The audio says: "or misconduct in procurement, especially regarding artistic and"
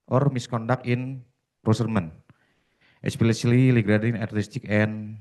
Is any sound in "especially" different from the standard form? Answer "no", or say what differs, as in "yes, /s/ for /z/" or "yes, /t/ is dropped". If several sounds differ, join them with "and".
yes, /s/ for /ʃ/